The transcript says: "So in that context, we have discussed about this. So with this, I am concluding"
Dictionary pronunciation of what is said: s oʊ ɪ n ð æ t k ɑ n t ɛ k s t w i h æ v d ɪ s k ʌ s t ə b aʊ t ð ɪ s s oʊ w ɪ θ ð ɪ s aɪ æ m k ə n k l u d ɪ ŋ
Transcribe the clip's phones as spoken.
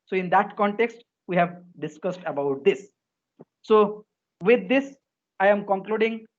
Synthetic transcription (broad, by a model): s oʊ ɪ n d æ t k ɑ n t ɛ k s t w i h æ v d ɪ s k ʌ s t ə b aʊ t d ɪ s s oʊ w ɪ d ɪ s aɪ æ m k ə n k l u d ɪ ŋ